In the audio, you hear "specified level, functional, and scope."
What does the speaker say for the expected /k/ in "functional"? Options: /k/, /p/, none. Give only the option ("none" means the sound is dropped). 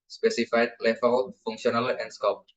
none